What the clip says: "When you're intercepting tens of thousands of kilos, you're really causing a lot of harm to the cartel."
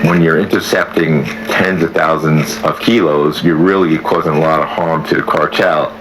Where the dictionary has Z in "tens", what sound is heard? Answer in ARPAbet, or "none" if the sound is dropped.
Z